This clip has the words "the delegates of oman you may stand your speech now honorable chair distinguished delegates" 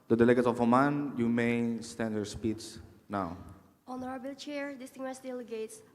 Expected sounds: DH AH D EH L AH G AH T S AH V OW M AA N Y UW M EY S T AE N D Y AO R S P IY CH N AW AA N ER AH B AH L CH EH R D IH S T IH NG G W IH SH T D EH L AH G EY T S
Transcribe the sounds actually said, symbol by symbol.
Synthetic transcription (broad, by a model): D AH D EH L AH G AH T S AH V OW M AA N Y UW M EY S T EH N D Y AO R S P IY S N AW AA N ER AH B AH L CH EH R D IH S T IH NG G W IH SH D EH L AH G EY T S